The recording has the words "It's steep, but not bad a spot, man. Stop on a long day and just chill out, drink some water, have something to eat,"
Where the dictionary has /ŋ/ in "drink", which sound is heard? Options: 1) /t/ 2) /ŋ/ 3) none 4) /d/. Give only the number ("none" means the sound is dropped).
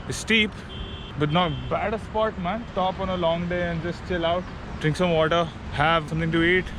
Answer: 2